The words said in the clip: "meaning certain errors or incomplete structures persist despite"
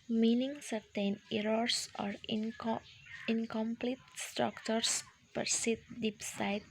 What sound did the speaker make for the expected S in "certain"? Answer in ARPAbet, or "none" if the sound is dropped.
S